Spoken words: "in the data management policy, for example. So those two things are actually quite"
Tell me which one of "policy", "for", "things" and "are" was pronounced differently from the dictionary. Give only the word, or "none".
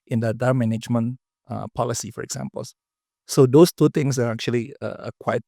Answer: things